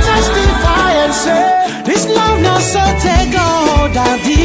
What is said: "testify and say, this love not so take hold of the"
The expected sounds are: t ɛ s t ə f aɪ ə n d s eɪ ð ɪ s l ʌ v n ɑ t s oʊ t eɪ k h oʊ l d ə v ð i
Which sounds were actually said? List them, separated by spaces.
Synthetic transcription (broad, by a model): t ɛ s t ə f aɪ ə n s eɪ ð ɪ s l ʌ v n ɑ s oʊ t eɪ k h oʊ d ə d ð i